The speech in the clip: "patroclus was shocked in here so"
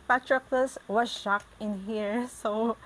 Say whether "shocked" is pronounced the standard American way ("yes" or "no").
no